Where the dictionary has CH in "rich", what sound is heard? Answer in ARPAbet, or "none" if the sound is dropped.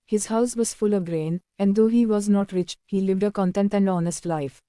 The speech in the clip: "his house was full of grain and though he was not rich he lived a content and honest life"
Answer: CH